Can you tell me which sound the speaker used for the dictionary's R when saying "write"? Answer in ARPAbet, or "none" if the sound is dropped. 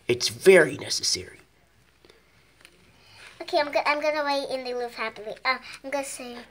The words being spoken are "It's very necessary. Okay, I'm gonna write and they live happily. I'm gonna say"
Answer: W